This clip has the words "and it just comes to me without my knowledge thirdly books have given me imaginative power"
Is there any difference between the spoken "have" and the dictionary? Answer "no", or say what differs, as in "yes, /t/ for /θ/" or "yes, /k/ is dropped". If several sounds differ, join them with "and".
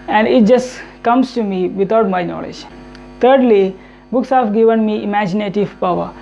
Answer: yes, /f/ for /v/